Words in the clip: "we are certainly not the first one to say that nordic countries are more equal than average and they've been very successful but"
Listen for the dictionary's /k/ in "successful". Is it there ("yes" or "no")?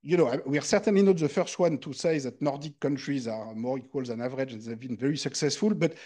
yes